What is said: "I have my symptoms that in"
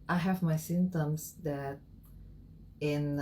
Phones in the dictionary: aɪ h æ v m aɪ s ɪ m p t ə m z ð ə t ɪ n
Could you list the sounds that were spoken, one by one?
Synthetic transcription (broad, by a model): aɪ h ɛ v m aɪ s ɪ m t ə m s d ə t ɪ n